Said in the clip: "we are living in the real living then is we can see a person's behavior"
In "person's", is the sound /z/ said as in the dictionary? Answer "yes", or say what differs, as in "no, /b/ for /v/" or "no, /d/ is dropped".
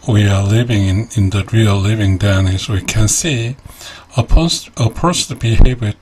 no, /z/ is dropped